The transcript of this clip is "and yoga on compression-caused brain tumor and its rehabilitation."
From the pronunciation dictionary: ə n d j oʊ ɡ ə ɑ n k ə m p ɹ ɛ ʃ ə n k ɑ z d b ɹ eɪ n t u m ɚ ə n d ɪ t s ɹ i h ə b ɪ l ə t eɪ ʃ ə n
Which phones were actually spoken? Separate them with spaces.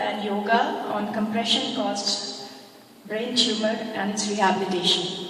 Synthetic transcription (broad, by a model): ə n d j oʊ ɡ ə ɑ n k ə m p ɹ ɛ ʃ ə n k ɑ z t b ɹ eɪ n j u m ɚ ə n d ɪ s ɹ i h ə b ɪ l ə t eɪ ʃ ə n